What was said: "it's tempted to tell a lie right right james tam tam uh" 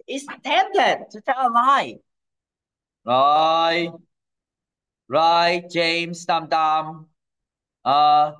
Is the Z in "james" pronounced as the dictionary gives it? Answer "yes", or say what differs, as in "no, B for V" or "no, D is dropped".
no, S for Z